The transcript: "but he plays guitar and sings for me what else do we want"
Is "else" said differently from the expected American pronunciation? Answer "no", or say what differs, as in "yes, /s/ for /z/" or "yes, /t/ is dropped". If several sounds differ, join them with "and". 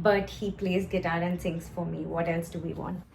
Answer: no